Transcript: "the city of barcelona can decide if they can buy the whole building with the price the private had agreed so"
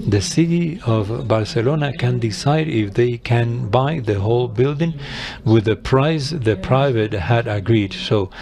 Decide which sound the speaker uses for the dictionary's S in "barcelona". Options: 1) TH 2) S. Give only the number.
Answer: 2